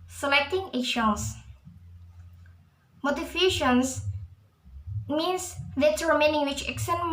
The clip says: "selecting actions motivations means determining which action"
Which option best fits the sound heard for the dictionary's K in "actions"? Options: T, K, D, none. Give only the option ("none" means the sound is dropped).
none